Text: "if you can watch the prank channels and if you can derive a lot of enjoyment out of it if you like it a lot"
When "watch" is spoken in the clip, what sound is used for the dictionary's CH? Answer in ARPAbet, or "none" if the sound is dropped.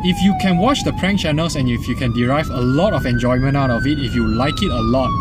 CH